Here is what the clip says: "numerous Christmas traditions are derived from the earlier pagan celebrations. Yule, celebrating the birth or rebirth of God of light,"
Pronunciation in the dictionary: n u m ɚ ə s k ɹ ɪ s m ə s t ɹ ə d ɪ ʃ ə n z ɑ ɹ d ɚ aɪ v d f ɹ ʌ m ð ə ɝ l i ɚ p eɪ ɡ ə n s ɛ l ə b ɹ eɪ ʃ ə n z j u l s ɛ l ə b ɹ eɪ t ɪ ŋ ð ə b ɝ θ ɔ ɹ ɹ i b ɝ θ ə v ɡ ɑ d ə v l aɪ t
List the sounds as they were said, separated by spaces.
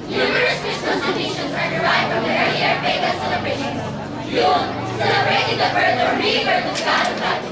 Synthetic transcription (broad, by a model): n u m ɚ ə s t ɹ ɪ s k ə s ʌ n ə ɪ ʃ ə n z ɑ ɹ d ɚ aɪ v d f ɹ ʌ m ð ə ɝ i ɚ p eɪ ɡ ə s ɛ l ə b ɹ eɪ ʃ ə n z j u n s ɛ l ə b ɹ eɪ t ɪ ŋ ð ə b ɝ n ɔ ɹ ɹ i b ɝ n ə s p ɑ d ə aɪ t